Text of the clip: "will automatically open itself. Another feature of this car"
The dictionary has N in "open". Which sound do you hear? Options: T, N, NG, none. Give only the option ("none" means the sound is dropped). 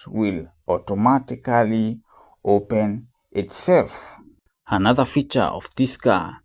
N